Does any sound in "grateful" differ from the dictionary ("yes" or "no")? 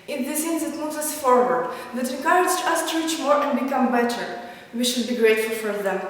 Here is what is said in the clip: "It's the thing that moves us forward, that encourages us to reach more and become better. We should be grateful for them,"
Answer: no